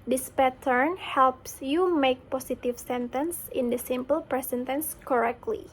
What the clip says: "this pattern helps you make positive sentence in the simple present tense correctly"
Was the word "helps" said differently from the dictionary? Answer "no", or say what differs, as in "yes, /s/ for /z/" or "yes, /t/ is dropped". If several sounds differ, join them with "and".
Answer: no